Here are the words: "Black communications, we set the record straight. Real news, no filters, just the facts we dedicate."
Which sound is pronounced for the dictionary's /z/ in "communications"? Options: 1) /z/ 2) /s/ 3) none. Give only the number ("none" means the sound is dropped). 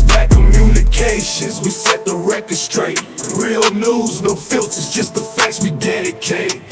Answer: 1